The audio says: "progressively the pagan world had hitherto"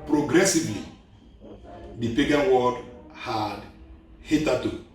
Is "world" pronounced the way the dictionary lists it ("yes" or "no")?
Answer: no